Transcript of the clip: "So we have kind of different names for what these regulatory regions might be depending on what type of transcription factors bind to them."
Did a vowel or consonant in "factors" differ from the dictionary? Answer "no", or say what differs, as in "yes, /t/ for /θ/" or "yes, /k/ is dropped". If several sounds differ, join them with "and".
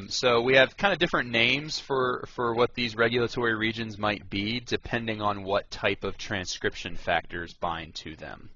no